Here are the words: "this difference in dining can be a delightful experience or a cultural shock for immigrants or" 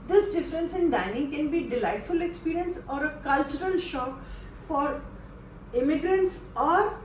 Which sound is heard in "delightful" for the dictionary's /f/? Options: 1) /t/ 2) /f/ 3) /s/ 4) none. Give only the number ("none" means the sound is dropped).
2